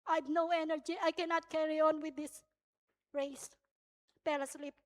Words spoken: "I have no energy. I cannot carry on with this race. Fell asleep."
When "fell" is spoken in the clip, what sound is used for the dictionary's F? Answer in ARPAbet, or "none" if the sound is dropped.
P